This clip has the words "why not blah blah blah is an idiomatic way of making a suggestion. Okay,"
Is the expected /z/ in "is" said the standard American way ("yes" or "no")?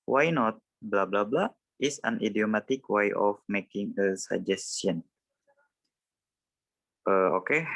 no